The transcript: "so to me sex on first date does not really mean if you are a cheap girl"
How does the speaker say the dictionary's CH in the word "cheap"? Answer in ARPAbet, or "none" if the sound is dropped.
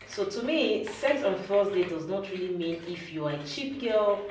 CH